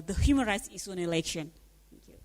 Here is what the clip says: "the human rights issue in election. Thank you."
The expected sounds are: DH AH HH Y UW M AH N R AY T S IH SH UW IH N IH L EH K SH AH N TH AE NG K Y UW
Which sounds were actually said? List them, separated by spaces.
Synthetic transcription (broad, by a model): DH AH HH Y UW M AH N R AY T S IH S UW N IH L EH K SH AH N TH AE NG K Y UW